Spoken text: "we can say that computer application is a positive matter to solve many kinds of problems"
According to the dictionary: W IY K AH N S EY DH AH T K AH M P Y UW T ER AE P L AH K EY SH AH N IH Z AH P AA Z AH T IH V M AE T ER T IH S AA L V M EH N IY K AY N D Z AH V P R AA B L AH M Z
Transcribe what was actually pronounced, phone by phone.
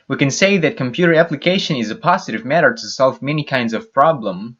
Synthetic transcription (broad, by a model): W IY K AH N S EY DH AH T K AH M P Y UW T ER AE P L AH K EY SH AH N IH Z AH P AA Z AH T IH V M AE T ER T IH S AA L V M EH N IY K AY N D Z AH V P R AA B L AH M